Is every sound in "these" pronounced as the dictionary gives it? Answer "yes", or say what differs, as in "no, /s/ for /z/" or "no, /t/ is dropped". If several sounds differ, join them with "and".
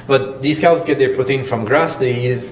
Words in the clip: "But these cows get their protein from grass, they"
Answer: no, /s/ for /z/